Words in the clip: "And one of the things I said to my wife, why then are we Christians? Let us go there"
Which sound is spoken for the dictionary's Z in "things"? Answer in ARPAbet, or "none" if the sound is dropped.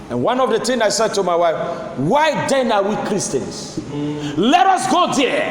none